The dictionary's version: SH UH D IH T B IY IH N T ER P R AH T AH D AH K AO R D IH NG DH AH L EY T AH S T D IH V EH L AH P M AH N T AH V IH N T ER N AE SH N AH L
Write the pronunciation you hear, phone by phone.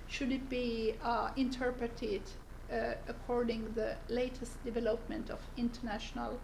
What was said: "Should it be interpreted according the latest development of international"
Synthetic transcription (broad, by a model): SH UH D IH T B IY IH N T ER P R AH T AH D AH K AO R D IH NG DH AH L EY T AH S T D IH V EH L AH P M AH N T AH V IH N T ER N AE SH N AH L